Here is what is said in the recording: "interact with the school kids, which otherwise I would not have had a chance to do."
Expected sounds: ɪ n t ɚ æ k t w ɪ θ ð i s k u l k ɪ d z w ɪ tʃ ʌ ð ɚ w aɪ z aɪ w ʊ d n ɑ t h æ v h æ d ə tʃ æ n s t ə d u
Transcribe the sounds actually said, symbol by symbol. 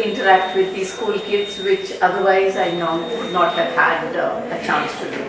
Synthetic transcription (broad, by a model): ɪ n t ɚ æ k t w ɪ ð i s k u l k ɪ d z w ɪ tʃ ʌ ð ɚ w aɪ z aɪ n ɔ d n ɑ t h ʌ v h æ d ə tʃ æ n s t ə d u